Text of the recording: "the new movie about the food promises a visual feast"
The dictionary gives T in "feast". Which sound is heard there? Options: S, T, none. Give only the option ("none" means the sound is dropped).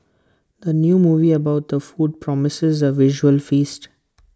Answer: T